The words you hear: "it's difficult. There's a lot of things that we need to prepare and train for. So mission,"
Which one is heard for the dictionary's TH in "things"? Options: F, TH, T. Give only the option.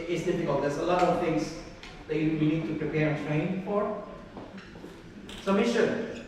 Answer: T